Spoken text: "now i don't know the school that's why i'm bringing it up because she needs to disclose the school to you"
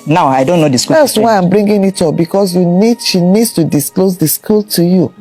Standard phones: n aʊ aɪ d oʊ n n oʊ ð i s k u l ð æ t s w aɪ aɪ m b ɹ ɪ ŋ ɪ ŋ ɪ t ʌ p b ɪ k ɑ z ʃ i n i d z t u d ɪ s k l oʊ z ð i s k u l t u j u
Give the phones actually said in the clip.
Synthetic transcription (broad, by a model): n aʊ aɪ d oʊ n n oʊ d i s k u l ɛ s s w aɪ aɪ m b ɹ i ŋ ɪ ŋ ɪ t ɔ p b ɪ k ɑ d ʃ i n i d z t u d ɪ s k l oʊ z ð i s k u l t u j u